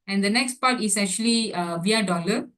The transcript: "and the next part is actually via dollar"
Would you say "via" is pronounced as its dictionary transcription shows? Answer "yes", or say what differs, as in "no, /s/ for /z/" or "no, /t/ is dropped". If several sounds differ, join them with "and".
yes